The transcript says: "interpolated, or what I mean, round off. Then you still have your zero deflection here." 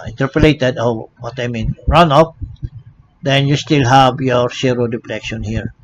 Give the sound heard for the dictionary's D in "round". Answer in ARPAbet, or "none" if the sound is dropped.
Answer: none